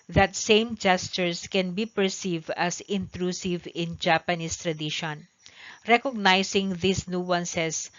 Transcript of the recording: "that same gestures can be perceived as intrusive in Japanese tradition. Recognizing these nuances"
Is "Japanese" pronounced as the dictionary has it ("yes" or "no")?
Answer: no